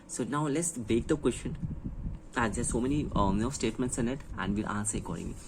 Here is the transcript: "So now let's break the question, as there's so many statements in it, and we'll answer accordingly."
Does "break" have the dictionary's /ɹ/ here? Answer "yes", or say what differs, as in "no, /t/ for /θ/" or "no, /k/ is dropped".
no, /ɹ/ is dropped